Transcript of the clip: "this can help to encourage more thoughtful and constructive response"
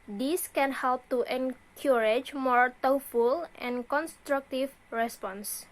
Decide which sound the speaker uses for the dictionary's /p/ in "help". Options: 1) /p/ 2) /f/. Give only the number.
1